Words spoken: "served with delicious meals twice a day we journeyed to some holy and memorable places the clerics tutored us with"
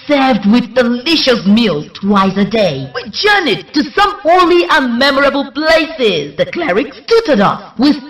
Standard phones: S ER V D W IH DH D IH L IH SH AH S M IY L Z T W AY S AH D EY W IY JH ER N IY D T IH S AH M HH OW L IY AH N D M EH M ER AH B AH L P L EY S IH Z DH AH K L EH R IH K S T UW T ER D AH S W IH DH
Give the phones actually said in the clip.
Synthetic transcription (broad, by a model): S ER V D W IH DH D IH L IH SH AH S M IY L T W AY S AH D EY W IY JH ER N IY T IH S AH M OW L IY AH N M EH M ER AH B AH L P L EY S IH Z DH AH K L EH R IH K S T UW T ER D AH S W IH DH